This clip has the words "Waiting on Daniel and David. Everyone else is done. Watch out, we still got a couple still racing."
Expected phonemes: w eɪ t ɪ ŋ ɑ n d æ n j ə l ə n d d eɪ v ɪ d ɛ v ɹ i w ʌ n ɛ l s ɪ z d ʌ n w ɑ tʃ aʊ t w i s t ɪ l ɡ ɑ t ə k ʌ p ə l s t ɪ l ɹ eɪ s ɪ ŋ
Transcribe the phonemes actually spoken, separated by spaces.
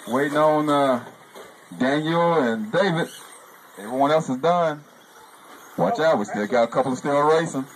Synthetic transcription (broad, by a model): w eɪ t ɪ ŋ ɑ n d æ n j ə l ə n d d eɪ v ɪ d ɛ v ɹ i w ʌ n ɛ l s ɪ z d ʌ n w ɑ tʃ aʊ t w i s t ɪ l ɡ ɑ t ə k ʌ p ə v s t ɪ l ɹ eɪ s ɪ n